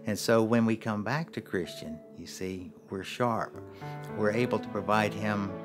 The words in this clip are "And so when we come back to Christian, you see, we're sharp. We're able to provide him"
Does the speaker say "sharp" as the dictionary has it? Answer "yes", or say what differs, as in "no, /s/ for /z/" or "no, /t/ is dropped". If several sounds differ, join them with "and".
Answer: yes